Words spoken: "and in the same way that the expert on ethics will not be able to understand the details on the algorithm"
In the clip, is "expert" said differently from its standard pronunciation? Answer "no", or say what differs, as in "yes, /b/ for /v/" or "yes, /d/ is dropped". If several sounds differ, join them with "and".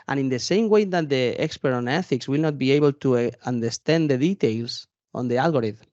no